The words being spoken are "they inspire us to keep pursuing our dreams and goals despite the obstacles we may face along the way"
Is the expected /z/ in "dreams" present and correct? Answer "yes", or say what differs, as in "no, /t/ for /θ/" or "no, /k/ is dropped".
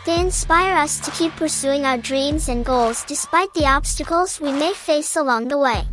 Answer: yes